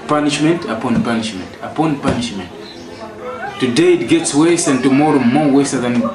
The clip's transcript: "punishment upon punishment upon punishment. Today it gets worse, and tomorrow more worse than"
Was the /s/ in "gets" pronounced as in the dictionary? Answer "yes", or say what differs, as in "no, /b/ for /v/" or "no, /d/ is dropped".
yes